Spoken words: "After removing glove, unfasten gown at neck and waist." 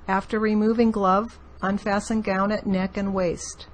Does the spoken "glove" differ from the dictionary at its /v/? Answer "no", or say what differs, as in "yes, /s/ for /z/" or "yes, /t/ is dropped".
no